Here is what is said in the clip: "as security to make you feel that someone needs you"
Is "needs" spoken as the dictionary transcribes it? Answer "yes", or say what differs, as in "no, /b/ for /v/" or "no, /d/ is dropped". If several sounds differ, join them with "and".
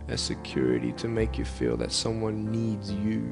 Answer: yes